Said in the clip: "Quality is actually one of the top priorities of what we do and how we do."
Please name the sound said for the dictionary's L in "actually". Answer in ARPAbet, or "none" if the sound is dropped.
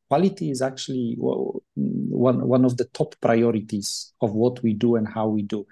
W